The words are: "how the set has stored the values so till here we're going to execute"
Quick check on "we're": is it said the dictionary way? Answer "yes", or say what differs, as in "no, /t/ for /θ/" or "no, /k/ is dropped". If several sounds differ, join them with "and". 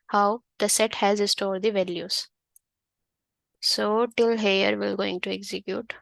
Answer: no, /l/ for /ɹ/